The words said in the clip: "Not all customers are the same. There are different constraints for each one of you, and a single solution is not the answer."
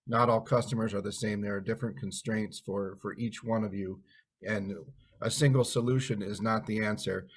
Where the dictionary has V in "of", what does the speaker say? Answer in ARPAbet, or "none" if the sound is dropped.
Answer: V